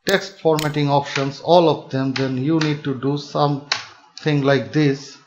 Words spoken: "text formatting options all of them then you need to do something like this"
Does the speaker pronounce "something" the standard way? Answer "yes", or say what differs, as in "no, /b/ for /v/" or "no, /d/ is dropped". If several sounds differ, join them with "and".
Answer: no, /t/ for /θ/